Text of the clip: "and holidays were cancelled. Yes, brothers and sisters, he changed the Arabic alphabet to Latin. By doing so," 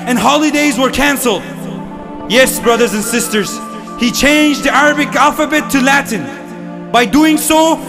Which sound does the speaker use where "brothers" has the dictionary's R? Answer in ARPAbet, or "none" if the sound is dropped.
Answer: R